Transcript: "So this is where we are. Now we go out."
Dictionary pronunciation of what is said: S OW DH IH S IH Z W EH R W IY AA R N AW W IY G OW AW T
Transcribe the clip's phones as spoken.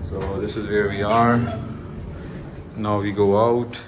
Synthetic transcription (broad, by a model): S OW DH IH S IH Z W EH R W IY AA R N AW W IY G OW AW T